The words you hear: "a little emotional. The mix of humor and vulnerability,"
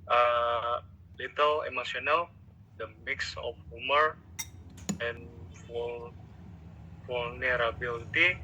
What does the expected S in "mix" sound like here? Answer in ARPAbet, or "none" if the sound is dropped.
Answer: S